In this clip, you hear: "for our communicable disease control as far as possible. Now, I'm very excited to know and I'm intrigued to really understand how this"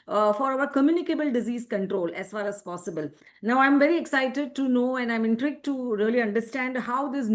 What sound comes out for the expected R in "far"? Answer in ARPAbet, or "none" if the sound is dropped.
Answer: L